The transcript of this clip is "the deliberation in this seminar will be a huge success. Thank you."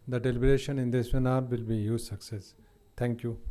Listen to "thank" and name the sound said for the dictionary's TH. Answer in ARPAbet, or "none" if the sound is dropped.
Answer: T